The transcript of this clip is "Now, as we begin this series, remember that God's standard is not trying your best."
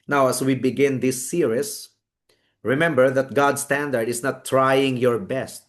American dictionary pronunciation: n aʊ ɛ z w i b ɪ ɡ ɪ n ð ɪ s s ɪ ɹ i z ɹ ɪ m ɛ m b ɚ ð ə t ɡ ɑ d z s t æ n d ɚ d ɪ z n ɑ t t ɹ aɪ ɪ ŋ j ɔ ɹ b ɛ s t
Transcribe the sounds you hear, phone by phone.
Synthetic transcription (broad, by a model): n aʊ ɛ s w i b ɪ ɡ ɪ n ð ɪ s s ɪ ɹ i s ɹ ɪ m ɛ m b ɚ ð ə t ɡ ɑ d s t æ n d ɚ d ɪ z n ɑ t t ɹ aɪ ɪ ŋ j ɔ ɹ b ɛ s t